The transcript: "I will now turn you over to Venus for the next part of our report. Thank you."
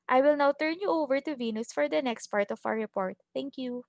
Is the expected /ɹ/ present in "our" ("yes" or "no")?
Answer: no